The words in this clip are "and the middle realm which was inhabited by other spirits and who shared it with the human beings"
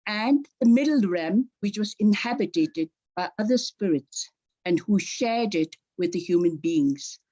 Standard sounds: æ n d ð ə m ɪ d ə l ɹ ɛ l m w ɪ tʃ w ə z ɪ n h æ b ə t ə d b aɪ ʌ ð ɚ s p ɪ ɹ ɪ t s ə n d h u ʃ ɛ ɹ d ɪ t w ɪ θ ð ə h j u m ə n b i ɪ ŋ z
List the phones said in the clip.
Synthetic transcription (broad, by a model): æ n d ð ə m ɪ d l ɹ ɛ m w ɪ tʃ w ə z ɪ n h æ b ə t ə d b aɪ ʌ ð ɚ s p ɪ ɹ ɪ t s ə n d h u ʃ ɛ ɹ d ɪ t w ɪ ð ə h j u m ə n b i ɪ ŋ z